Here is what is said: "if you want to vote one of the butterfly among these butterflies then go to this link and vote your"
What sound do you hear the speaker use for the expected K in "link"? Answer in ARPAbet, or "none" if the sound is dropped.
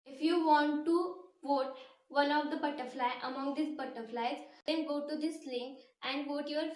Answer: none